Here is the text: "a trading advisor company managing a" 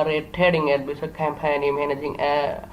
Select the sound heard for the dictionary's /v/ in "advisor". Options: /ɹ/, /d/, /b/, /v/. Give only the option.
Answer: /b/